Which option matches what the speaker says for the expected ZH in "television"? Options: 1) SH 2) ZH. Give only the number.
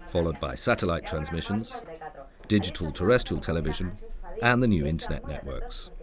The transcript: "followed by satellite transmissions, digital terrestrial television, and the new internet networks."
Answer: 2